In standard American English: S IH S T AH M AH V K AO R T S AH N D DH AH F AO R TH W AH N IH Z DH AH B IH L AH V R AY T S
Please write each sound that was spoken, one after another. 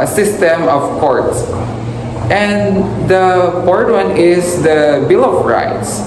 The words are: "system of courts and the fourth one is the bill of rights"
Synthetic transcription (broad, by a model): S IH S T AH M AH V K AO R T S AH N D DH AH P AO R T W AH N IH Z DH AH B IH L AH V R AY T S